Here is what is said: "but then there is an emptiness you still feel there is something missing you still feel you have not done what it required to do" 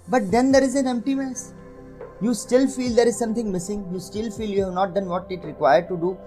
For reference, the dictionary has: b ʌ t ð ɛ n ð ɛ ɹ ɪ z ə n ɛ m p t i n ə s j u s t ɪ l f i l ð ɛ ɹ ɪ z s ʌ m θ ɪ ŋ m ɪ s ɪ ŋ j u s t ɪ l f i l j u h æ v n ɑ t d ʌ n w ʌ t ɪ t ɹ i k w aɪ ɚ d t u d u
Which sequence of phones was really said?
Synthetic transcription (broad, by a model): b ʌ t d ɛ n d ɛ ɹ ɪ z ə n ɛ m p t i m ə s j u s t ɪ l f i l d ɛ ɹ ɪ z s ʌ m t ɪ ŋ m ɪ s ɪ ŋ j u s t ɪ l f i l j u h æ v n ɑ t d ʌ n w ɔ t ɪ t ɹ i k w aɪ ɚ d t u d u